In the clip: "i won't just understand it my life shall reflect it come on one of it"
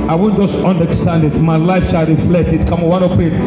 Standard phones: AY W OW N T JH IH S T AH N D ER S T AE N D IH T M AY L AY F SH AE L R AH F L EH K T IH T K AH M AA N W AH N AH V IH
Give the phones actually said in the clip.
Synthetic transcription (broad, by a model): AY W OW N JH IH S T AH N D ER S T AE N D IH T M AY L AY F SH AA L R AH F L EH K T IH T K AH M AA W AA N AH P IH